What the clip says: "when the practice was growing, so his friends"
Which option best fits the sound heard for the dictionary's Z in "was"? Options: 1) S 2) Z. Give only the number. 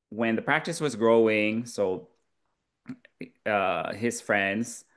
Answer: 2